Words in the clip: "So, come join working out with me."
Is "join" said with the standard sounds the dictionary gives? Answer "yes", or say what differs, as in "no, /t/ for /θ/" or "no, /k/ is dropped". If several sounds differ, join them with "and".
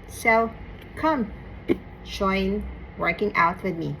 no, /ʃ/ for /dʒ/